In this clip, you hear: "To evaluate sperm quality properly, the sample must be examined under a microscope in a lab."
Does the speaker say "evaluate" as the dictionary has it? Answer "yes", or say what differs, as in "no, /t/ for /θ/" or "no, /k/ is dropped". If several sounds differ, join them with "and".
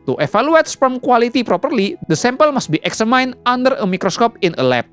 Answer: no, /f/ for /v/